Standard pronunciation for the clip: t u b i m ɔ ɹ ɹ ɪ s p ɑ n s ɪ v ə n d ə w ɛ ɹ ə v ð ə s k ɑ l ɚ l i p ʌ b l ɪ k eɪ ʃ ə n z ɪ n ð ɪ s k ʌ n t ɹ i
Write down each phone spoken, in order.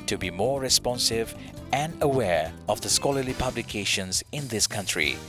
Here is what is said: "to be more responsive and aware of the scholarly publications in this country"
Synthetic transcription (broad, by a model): t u b i m ɔ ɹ ɹ ɪ s p ɑ n s ɪ v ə n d ə w ɛ ɹ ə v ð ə s k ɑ l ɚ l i p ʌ b l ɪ k eɪ ʃ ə n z ɪ n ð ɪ s k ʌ n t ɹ i